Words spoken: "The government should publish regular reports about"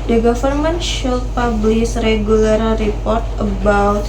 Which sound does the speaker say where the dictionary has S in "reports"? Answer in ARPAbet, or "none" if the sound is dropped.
none